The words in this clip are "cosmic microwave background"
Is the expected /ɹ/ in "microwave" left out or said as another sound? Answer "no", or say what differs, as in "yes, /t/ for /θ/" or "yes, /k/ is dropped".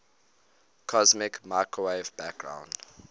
yes, /ɹ/ is dropped